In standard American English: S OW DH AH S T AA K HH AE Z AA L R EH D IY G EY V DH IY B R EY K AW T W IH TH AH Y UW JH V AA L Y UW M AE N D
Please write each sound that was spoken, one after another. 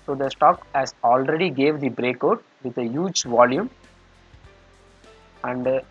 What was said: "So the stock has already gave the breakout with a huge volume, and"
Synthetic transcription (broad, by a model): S OW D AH S T AA K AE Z AA L R EH D IY G EY V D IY B R EY K AW T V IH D AH Y UW JH V AA L Y UW M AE N D